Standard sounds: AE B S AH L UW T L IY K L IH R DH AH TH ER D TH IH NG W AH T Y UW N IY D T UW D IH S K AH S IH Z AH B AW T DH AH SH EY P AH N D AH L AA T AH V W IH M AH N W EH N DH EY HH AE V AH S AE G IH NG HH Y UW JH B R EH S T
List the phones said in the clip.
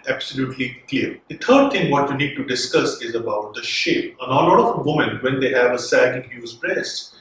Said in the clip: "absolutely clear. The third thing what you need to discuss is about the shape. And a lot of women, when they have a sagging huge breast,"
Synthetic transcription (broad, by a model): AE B S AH L UW T L IY K L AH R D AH T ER D T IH NG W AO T Y UW N IY D T UW D IH S K AH S IH Z AH B AW T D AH SH EY P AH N AH L AA T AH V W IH M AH N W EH N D EY HH AE V AH S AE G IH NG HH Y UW Z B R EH S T